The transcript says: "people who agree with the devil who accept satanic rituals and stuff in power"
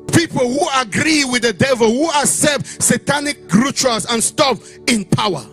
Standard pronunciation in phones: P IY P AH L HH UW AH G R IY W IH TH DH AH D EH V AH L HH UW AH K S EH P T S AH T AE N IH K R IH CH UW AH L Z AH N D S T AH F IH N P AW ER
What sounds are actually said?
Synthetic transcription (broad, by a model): P IY P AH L HH UW AH G R IY W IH DH AH D EH V AH L HH UW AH S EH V S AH T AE N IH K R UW CH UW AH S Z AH N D S T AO P IH N P AW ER